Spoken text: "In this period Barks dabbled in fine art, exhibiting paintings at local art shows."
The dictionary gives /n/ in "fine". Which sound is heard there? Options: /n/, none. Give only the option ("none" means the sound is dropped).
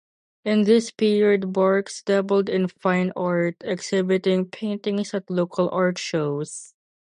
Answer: /n/